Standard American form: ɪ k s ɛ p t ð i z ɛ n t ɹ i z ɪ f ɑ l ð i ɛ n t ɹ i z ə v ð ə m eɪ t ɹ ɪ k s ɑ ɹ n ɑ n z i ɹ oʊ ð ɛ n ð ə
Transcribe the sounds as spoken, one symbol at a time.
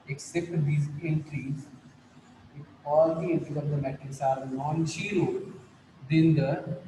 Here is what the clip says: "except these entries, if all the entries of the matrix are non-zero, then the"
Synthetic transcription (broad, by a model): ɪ k s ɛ p t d i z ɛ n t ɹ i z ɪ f ɑ l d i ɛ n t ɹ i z ə v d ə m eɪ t ɪ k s ɑ ɹ n ɑ n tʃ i ɹ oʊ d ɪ n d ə